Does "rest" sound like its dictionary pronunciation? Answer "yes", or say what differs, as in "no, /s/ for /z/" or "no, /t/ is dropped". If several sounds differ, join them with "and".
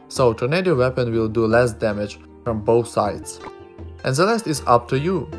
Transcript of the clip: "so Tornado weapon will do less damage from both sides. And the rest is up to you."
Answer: no, /l/ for /ɹ/